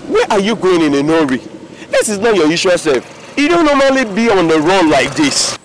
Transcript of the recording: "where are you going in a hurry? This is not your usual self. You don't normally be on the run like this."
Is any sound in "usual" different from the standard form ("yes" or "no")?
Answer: yes